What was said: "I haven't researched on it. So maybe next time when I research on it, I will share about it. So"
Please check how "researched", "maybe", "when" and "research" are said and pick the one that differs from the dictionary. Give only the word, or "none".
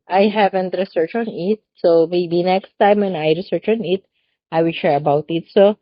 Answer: researched